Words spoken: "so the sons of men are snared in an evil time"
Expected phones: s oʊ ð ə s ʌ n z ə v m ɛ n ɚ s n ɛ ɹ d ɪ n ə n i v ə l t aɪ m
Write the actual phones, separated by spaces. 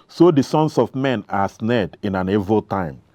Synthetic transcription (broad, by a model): s oʊ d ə s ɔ n s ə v m ɛ n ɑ s n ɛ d ɪ n ə n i v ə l t aɪ m